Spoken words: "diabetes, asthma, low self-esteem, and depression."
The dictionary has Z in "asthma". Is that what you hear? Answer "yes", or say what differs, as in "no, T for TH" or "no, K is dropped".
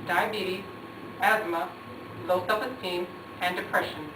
yes